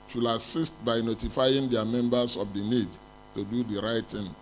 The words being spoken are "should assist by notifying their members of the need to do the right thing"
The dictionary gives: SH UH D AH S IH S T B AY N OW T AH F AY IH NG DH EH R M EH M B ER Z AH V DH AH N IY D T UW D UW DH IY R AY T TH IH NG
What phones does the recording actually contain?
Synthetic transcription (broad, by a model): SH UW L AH S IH S T B AY N OW T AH F AY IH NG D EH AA M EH M B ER S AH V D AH N IY D T UW D UW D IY R AY T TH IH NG